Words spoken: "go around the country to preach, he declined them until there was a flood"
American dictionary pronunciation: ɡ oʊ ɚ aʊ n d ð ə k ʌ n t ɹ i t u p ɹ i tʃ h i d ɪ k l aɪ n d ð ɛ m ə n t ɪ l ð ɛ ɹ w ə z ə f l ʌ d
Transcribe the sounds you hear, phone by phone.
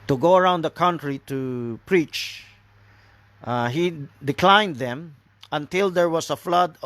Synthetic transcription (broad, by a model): ɡ oʊ ɚ aʊ n d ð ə k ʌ n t ɹ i t u p ɹ i tʃ h i d ɪ k l aɪ n d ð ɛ m ə n t ɪ l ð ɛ ɹ w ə s ə f l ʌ d